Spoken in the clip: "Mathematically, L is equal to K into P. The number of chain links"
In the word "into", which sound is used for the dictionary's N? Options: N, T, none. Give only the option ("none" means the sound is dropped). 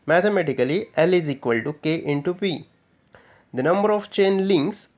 N